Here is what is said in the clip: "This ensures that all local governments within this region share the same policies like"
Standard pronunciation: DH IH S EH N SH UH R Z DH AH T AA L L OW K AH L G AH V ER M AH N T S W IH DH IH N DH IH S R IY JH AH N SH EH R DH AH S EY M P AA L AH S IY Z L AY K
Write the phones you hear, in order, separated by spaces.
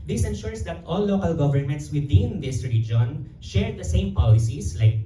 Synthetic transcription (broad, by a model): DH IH S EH N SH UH R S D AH T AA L L OW K AH L G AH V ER M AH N T S W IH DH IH N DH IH S R IY JH AH N SH EH R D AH S EY M P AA L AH S IY S L AY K